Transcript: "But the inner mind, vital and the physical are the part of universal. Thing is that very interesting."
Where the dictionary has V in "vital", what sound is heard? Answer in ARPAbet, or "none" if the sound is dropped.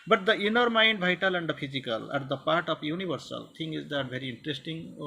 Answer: B